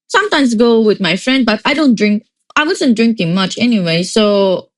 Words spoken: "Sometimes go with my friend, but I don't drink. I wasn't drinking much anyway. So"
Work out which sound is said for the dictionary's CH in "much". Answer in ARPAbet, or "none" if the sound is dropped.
CH